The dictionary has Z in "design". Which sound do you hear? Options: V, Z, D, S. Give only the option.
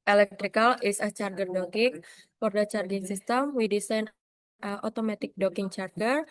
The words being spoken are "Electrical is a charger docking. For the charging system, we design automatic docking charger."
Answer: S